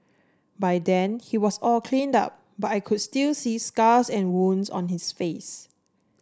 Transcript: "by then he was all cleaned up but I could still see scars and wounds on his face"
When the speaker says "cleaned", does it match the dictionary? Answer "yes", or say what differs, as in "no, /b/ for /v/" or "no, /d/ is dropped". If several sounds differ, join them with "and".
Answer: yes